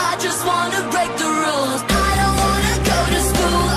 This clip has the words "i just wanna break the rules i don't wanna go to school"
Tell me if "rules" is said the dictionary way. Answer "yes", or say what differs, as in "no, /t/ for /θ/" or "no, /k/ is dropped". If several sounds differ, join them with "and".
yes